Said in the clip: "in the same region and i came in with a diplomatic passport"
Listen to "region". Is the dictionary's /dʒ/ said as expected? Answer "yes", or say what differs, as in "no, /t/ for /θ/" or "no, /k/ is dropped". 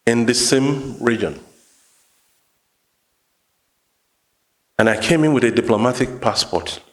yes